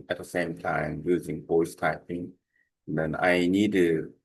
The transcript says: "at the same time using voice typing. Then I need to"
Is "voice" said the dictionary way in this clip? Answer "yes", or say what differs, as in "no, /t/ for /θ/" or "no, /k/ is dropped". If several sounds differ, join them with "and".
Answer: no, /p/ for /v/